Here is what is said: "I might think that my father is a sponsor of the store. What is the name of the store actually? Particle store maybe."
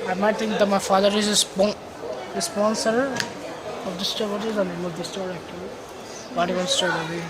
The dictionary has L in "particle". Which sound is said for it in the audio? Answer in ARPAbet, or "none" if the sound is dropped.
N